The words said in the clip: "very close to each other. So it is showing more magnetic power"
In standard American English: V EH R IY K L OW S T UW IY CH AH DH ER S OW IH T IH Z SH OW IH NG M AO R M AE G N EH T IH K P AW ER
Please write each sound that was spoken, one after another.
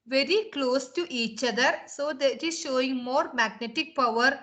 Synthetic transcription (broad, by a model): V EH R IY K L OW S T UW IY CH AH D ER S OW IH T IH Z SH OW IH NG M AO R M AE G N EH T IH K P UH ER